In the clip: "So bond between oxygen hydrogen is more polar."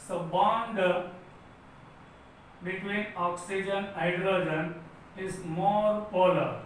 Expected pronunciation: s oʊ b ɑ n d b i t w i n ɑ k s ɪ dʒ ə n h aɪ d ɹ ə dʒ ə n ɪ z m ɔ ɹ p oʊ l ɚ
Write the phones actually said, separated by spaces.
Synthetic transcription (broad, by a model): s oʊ b ɑ n d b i t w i n ɑ k s ɪ dʒ ə n aɪ d ɹ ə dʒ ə n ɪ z m ɔ ɹ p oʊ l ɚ